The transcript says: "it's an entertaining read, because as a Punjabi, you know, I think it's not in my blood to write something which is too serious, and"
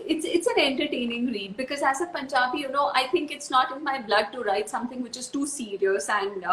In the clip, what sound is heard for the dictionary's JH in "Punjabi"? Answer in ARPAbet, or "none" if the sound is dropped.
CH